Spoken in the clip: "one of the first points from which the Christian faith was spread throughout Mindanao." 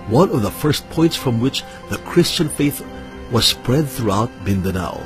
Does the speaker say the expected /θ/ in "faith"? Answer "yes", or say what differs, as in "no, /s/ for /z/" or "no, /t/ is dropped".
yes